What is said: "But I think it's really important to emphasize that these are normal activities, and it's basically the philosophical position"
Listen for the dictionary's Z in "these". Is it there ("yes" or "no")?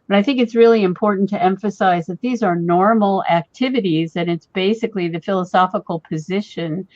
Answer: yes